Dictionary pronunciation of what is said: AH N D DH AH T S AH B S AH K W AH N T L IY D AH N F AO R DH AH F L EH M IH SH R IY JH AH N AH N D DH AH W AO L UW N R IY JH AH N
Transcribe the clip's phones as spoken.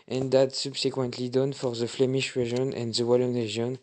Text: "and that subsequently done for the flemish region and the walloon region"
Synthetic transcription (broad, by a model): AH N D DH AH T S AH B S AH K W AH N T L IY D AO N F AO R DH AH F L EH M IH SH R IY ZH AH N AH N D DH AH W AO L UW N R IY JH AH N